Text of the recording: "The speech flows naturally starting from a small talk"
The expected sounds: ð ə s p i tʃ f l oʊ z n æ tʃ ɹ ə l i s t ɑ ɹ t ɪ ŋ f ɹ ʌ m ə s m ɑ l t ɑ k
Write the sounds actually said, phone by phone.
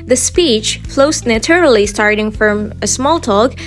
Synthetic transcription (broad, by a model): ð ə s p i tʃ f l oʊ s n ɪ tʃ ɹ l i s t ɑ ɹ t ɪ ŋ f ɹ ʌ m ə s m ɑ l t ɑ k